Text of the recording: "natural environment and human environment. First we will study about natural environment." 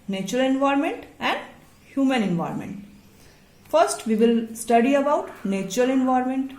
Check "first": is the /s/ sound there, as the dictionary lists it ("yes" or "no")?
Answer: yes